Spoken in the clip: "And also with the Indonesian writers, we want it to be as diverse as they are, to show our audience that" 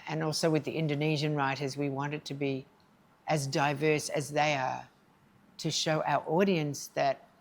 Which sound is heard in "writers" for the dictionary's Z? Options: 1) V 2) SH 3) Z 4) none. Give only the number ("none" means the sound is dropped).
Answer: 3